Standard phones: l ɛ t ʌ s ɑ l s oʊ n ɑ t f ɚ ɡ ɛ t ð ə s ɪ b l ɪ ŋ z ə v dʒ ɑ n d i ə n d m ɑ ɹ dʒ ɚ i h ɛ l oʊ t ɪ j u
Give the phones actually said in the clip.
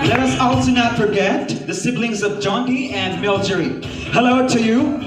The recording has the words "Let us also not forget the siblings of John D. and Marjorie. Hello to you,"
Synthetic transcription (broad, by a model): l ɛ t ʌ s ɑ l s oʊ n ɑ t f ɚ ɡ ɛ t ð ə s ɪ b l ɪ ŋ z ə v dʒ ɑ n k i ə n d m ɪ l dʒ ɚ i h ɛ l oʊ t ɪ j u